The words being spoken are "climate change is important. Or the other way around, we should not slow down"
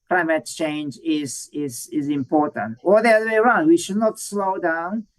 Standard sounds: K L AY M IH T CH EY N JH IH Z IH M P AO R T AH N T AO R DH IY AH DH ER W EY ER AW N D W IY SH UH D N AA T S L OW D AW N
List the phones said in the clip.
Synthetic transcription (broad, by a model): K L AY M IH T CH EY N JH IH Z IH M P AO R T AH N T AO L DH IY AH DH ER W EY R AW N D W IY SH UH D N AA T S L OW D AW N